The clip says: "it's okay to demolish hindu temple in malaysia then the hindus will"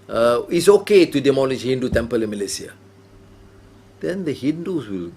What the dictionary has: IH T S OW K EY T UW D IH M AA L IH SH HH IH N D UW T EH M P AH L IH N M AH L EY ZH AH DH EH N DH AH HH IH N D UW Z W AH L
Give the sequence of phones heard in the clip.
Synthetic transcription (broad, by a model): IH T S OW K EY T UW D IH M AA L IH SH HH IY N D UW T EH M P AH L IH N M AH L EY S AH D EH N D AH HH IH N D UW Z W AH L